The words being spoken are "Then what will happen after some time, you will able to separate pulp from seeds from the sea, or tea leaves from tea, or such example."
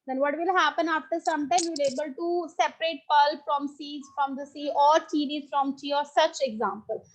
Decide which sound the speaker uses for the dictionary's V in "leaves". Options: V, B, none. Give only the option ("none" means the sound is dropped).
none